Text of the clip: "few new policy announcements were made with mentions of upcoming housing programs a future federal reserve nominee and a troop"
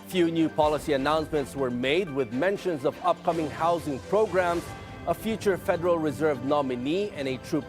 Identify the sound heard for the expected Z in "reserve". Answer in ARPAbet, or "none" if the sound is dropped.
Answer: Z